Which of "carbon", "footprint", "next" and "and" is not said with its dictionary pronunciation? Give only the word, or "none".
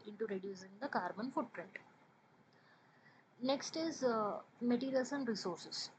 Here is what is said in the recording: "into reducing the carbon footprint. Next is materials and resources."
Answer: none